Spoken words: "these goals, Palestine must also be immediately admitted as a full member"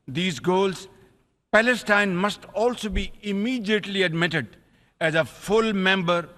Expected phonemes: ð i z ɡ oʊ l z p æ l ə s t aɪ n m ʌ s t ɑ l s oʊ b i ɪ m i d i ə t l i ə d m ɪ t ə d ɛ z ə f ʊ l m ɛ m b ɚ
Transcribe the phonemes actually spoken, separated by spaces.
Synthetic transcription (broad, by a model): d i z ɡ oʊ l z p æ l ə s t aɪ n m ʌ s t ɑ l s oʊ b i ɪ m i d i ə t l i ə d m ɪ t ə d ɛ z ə f ʊ l m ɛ m b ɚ